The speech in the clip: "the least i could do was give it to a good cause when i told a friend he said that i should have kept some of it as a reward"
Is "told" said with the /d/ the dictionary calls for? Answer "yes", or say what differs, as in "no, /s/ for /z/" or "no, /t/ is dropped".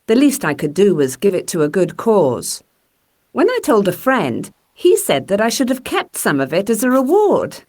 yes